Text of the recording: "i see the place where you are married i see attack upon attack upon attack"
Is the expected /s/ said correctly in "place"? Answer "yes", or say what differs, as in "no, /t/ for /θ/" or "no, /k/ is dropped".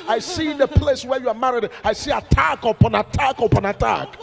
yes